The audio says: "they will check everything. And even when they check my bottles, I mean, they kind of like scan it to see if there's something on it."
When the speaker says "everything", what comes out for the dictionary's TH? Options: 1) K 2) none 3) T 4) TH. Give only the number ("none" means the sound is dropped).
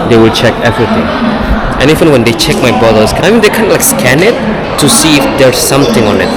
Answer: 3